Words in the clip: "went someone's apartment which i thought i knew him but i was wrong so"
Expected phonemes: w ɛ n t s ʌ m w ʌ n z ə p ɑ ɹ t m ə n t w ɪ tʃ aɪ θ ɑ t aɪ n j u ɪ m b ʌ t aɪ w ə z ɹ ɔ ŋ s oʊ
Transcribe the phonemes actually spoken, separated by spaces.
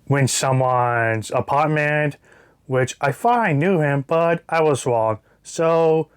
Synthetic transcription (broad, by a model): w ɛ n s ʌ m w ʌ n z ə p ɑ t m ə n w ɪ tʃ aɪ f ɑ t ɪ n j u ɪ m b ʌ t aɪ w ə z ɹ ɔ ŋ s oʊ